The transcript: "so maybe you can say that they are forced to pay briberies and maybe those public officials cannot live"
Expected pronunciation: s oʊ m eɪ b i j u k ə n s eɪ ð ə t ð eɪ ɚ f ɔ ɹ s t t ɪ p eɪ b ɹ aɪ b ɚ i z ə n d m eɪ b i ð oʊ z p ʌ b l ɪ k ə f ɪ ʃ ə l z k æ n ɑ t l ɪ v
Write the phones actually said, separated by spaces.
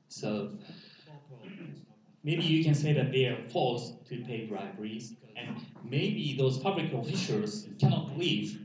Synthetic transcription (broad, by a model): s oʊ m eɪ b i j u k ə n s eɪ ð ə t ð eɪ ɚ f ɔ l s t t ɪ p eɪ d ɹ aɪ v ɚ i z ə n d m eɪ b i ð oʊ z p ʌ b l ɪ k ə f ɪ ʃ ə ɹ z k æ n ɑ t l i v